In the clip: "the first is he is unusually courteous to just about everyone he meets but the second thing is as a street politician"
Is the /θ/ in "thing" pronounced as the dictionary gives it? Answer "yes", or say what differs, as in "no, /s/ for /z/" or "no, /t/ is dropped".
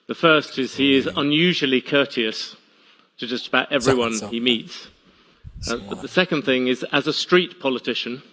yes